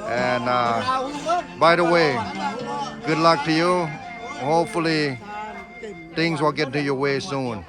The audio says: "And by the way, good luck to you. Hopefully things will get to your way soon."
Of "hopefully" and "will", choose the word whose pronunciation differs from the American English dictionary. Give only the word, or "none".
none